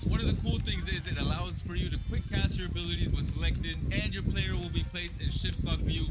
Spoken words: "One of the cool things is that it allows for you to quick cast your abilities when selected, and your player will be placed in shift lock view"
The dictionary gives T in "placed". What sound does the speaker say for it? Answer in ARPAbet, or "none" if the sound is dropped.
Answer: T